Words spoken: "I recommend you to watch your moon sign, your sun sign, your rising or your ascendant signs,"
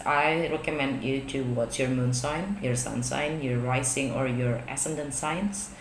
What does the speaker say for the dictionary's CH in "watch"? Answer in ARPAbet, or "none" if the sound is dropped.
S